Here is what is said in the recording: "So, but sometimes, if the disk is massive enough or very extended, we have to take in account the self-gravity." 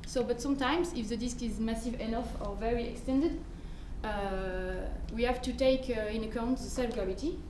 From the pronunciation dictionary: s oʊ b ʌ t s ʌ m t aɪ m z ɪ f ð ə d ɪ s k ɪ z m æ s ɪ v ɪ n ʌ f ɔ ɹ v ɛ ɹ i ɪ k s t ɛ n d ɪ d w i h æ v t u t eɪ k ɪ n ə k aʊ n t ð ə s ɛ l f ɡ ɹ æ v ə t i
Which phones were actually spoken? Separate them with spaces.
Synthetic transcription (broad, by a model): s oʊ b ʌ t s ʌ m t aɪ m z ɪ f ð ə d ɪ s k ɪ z m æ s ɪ v ɪ n ʌ f ɔ ɹ v ɛ ɹ i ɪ k s t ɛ n d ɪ d w i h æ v t u t eɪ k ɪ n ə k aʊ n t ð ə s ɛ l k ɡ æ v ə t i